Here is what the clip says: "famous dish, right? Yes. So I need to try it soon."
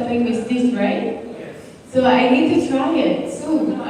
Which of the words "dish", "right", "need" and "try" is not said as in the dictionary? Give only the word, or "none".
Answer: dish